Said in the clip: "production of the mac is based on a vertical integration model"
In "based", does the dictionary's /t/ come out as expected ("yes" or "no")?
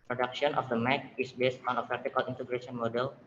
yes